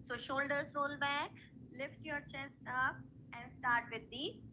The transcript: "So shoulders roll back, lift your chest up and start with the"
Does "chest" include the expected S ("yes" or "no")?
yes